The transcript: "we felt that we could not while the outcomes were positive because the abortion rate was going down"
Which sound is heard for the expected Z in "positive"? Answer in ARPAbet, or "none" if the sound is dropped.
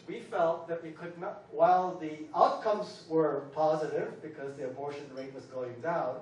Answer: Z